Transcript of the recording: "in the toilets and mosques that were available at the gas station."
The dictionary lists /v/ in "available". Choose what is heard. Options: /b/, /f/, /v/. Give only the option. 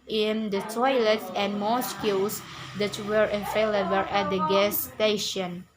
/f/